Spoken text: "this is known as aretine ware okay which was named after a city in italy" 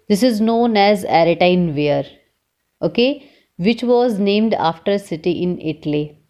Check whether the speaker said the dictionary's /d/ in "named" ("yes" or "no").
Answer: yes